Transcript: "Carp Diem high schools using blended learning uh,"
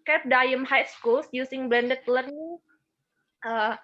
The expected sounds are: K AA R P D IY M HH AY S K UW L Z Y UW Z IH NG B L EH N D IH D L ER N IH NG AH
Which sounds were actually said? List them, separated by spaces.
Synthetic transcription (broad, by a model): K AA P D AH M HH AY S K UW L S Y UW S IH NG B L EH N D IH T L ER N IH NG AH